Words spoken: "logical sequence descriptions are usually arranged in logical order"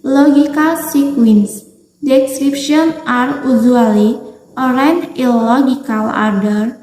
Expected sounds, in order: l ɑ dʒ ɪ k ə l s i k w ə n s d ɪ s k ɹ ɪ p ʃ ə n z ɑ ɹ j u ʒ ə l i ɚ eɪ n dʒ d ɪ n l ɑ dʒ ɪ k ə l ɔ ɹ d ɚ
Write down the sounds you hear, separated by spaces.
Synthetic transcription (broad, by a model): l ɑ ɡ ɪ k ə l s i k w ə n s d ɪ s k ɹ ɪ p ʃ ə n ɑ ɹ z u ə l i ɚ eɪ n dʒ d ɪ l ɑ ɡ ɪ k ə l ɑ ɹ d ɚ